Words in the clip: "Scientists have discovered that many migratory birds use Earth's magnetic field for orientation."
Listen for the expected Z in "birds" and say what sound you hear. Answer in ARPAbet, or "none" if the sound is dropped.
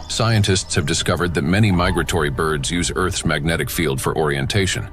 Z